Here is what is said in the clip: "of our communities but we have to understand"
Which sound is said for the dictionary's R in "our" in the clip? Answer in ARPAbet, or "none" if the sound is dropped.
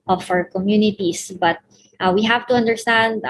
W